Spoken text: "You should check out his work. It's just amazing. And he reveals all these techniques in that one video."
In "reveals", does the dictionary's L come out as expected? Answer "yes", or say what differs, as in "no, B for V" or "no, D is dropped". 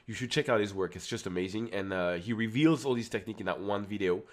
yes